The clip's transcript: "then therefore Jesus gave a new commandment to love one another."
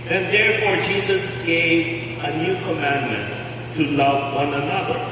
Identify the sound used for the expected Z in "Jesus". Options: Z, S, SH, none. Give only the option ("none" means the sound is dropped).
Z